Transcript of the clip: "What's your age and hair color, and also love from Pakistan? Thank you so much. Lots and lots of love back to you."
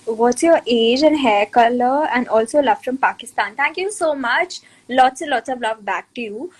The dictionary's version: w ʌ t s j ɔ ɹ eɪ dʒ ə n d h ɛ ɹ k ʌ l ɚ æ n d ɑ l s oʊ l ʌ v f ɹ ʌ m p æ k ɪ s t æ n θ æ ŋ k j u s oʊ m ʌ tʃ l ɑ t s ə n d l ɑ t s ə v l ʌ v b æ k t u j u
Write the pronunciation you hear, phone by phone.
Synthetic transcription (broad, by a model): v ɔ t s j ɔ ɹ eɪ dʒ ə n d h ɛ k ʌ l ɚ æ n d ɑ l s oʊ l ʌ v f ɹ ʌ m p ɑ k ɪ s t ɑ n t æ ŋ k j u s oʊ m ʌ tʃ l ɑ t s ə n l ɑ t s ə v l ʌ v b æ k t u j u